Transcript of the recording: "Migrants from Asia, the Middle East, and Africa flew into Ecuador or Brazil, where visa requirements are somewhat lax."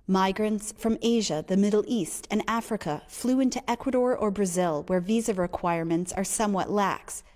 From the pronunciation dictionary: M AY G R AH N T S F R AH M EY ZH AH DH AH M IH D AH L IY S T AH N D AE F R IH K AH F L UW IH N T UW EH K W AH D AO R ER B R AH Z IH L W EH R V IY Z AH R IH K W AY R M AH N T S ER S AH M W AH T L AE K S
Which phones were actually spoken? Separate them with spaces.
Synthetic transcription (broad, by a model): M AY G R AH N T S F R AH M EY ZH AH DH AH M IH D L IY S T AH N AE F R IH K AH F L UW IH N T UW EH K W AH D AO R ER B R AH Z IH L W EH R V IY Z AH R IH K W AY R M AH N T S ER S AH M W AH T L AE K S